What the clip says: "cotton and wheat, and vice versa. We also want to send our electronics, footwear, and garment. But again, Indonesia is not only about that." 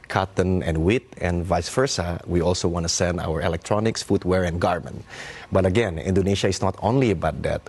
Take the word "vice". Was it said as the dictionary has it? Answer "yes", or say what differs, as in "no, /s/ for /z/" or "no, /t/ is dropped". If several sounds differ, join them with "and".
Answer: yes